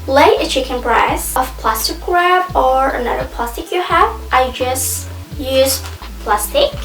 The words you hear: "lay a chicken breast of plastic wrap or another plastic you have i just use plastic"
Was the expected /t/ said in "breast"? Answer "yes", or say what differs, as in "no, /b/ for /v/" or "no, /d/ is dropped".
no, /t/ is dropped